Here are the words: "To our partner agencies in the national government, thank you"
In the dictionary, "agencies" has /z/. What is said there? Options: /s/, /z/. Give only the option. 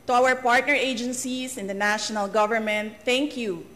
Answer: /s/